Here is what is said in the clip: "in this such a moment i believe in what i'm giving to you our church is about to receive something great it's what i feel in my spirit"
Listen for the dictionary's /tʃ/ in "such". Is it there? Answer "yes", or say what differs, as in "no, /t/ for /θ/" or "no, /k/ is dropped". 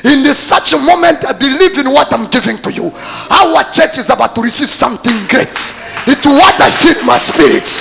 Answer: yes